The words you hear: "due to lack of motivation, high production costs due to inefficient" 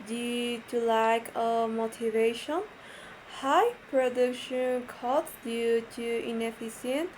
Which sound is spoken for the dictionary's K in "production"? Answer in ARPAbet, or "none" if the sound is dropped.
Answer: K